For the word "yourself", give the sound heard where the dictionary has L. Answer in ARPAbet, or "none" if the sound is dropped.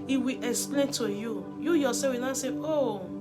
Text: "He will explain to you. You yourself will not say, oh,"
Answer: none